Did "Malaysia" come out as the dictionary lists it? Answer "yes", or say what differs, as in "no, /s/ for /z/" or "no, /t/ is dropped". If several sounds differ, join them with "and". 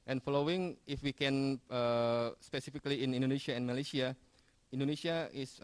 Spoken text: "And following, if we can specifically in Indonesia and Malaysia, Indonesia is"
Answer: no, /s/ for /ʒ/